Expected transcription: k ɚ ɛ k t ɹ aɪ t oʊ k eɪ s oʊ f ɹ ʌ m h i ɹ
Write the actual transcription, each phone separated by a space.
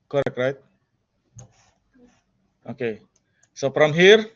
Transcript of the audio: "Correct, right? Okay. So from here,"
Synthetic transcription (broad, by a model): k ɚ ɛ k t ɹ aɪ t oʊ k eɪ s oʊ p ɹ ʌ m h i ɹ